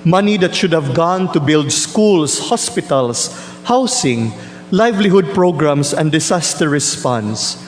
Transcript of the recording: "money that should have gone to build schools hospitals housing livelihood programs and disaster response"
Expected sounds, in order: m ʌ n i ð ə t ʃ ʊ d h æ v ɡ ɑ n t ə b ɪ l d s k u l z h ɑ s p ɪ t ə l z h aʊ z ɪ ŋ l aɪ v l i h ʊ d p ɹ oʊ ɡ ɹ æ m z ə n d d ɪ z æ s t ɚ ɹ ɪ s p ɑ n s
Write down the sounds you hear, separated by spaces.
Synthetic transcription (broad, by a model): m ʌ n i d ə t ʃ ʊ d h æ v ɡ ɑ n t ə b ɪ l d s k u l s h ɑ s p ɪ t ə l s h aʊ s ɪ ŋ l aɪ v l i h ʊ d p ɹ oʊ ɡ ɹ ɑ m s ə n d d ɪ s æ s t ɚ ɹ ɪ s p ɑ n s